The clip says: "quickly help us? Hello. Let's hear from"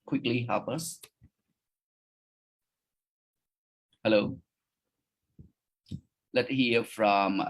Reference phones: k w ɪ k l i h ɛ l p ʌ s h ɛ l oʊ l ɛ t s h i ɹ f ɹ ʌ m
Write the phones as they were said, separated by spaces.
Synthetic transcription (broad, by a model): k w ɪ k l i h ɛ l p ʌ s h ɛ l oʊ l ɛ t h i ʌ f ɹ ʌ m